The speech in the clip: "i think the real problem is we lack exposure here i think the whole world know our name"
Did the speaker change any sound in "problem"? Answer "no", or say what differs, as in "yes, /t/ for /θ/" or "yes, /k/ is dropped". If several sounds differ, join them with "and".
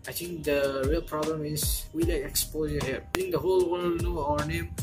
no